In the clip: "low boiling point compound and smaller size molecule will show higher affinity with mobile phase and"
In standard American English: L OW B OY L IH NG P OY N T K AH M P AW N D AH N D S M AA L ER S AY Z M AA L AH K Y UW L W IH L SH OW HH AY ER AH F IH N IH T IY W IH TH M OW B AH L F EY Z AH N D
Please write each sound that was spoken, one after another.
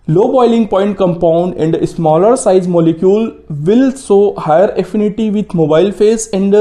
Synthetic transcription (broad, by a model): L OW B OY L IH NG P OY N T K AH M P AW N D AH N D S M AA L ER S AY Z M AA L AH K Y UW L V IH L S OW HH AY ER AH F IH N IH T IY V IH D M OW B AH L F EY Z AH N D